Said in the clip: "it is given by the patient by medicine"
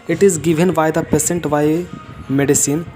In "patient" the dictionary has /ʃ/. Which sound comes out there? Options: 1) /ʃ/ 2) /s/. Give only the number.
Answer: 2